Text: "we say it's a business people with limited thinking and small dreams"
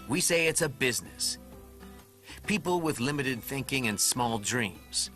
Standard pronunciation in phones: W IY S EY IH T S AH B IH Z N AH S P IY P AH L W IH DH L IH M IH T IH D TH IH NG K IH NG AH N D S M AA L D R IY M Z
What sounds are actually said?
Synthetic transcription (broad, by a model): W IY S EY IH T S AH B IH Z N AH S P IY P L W IH DH L IH M IH T IH D TH IH NG K IH NG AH N S M AA L D R IY M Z